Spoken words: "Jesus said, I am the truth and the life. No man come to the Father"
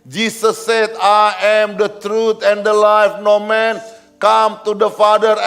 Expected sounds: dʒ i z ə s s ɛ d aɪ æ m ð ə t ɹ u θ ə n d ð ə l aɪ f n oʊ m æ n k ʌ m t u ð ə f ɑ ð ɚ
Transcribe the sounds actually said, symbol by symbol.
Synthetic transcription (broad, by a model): dʒ i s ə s s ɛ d aɪ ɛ m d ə t ɹ u t ə n d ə l aɪ f n oʊ m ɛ n k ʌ m t u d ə f ɑ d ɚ